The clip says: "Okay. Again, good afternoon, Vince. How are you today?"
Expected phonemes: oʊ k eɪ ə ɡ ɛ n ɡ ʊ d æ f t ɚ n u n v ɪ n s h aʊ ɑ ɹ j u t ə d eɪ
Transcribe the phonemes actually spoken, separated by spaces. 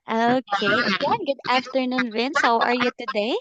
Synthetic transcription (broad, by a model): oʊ k eɪ ə ɡ ɛ n ɡ ʊ d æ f t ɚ n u n w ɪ n s h aʊ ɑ ɹ j u t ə d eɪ